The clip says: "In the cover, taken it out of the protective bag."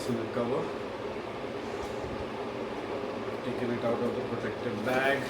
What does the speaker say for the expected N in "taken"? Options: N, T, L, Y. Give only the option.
L